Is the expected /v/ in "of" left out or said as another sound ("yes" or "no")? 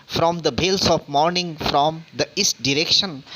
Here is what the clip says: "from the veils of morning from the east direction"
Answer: yes